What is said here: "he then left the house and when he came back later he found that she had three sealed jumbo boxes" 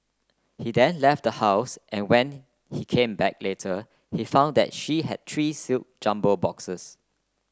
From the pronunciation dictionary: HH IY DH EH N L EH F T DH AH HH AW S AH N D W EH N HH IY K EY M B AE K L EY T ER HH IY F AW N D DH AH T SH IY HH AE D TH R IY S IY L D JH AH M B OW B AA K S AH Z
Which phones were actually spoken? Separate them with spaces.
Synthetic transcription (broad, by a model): HH IY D EH N L EH F T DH AH HH AW S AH N W EH N HH IY K EY M B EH K L EY T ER HH IY F AW N D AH T SH IY HH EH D T R IY S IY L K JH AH M B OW B AA K S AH S